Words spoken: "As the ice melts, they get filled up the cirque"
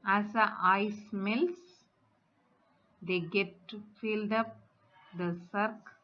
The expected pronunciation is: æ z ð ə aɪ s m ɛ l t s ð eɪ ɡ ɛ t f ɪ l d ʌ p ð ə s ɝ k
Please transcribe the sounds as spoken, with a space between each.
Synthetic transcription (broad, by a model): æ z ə aɪ s m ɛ l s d eɪ ɡ ɛ t f ɪ l d ʌ p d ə s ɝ k